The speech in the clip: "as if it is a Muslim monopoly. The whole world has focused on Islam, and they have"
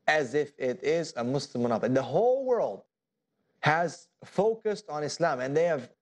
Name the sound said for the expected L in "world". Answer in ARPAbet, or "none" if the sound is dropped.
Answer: L